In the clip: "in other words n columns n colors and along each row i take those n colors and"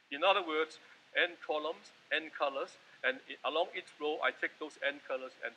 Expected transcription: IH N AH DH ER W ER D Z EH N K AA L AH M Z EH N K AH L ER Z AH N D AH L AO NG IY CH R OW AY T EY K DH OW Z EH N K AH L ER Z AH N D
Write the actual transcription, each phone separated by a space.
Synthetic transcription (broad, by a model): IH N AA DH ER W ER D S EH N K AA L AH M S EH N K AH L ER S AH N AH L AO NG IY CH R OW AY T EY K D OW S EH N K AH L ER S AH N